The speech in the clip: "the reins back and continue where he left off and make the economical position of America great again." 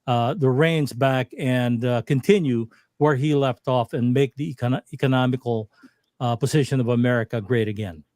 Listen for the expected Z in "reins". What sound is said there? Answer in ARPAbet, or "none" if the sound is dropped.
Z